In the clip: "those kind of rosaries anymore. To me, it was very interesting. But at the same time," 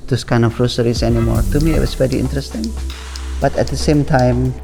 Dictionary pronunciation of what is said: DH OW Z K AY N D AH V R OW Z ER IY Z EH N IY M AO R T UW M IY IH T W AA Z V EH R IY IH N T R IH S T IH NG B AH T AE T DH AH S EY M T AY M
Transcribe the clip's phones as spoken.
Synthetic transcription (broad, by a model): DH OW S K AY N D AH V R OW S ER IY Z EH N IY M AO R T UW M IY IH T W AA S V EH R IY IH N T R IH S T IH NG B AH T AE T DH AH S EY M T AY M